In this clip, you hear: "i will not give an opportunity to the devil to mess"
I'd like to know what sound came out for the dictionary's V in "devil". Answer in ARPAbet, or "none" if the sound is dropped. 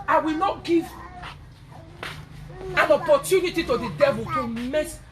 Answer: V